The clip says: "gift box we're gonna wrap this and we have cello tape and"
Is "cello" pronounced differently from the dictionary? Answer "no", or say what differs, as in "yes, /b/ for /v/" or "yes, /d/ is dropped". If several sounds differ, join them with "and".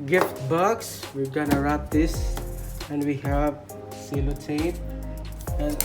yes, /s/ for /tʃ/